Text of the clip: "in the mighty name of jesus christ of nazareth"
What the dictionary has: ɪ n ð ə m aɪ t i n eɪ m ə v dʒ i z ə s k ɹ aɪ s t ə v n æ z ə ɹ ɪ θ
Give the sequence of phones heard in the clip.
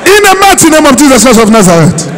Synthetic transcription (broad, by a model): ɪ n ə m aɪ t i n eɪ m ə v dʒ i z ə s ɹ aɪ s ə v n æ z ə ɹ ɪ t